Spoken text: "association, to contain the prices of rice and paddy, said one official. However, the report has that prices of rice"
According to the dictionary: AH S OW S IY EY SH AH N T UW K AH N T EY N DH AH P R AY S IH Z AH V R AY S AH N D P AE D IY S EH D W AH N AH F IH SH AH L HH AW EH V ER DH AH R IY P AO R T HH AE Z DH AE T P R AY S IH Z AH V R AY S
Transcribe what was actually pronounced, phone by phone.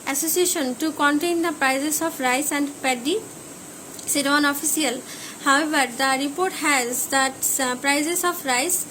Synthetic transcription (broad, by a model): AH S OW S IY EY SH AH N T UW K AH N T EY N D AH P R AY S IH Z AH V R AY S AH N D P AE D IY S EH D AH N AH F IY S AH L HH AW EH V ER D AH R IY P AO R T HH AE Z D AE T P R AY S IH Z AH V R AY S